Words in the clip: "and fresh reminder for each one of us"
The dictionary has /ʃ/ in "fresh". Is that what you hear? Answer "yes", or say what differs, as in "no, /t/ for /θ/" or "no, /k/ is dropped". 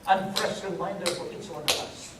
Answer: no, /s/ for /ʃ/